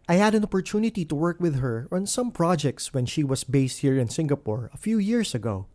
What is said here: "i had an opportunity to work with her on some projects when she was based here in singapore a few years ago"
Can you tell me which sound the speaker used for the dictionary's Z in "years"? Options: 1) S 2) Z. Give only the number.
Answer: 1